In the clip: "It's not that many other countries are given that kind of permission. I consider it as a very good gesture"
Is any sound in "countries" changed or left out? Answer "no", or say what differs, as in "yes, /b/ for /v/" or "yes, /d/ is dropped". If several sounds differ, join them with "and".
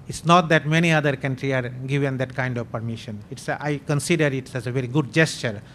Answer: yes, /z/ is dropped